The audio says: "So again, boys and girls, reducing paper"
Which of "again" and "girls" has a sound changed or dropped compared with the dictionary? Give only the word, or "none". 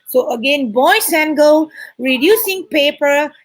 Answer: girls